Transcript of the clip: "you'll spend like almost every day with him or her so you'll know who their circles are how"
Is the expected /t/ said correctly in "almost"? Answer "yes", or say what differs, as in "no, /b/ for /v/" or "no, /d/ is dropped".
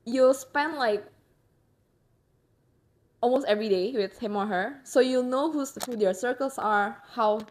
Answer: yes